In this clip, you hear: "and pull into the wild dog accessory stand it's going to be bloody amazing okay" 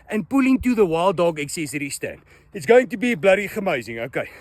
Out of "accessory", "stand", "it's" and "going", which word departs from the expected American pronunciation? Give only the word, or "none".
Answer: none